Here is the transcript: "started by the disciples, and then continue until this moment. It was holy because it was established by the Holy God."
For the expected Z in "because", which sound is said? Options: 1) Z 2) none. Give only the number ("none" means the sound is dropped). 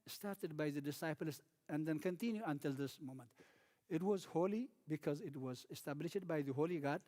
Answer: 1